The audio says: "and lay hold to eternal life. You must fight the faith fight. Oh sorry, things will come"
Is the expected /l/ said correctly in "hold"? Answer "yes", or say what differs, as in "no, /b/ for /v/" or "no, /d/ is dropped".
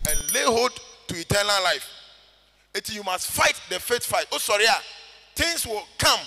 no, /l/ is dropped